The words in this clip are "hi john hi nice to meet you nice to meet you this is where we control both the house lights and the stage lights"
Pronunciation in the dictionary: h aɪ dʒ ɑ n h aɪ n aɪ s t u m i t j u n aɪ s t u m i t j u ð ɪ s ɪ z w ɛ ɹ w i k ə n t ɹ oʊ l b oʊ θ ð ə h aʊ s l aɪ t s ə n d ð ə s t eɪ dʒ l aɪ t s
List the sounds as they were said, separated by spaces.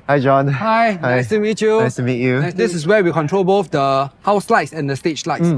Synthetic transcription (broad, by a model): h aɪ dʒ ɑ n h aɪ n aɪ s t u m i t j u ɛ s t u m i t j u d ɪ s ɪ s w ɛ w i k ə n t ɹ oʊ l b oʊ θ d ə h aʊ s l aɪ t s ə n d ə s t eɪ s l aɪ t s